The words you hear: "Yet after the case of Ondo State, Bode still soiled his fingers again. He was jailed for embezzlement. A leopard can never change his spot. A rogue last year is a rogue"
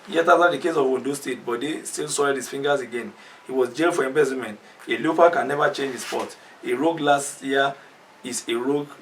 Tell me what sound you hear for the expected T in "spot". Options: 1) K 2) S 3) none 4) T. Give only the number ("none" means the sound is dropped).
4